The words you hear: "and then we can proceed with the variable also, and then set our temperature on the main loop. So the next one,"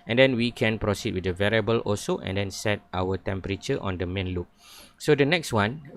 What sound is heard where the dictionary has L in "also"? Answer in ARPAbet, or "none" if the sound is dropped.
none